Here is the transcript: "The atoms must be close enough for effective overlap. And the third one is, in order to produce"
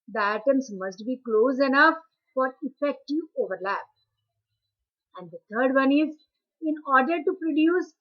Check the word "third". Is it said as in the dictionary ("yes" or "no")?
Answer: no